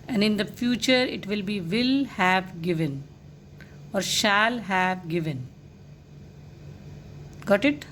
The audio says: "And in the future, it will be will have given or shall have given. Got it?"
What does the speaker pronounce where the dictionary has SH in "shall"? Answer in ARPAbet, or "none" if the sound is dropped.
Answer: SH